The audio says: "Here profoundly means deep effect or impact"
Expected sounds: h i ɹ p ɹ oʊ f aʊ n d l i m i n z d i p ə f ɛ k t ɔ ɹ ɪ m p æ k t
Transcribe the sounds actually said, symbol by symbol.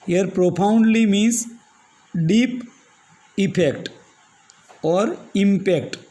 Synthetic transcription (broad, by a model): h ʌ ɹ p ɹ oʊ p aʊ n d l i m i n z d i p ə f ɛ k t ɔ ɹ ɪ m p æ k t